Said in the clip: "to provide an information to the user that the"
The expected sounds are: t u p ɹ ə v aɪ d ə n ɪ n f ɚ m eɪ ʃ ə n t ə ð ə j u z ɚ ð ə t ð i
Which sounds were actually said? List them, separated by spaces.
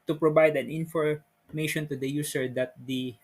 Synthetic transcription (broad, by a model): t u p ɹ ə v aɪ d ə n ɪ n f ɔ m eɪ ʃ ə n t ə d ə j u s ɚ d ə t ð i